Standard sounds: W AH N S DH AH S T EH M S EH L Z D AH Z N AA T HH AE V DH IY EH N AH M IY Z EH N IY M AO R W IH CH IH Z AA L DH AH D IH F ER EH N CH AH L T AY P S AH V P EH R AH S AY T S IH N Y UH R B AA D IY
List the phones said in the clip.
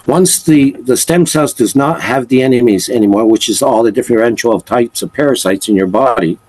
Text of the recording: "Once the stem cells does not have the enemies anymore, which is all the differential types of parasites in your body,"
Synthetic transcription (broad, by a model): W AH N S DH AH S T EH M S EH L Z D AH Z N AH T HH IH V DH IY EH N AH M IY Z EH N IY M AO R W IH CH IH Z AA L DH AH D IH F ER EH N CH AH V T AY P S AH V P EH R AH S AY T S IH N Y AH R B AA D IY